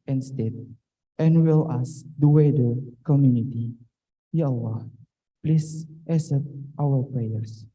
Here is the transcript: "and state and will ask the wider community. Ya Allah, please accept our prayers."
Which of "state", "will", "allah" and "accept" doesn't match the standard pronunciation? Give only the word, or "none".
accept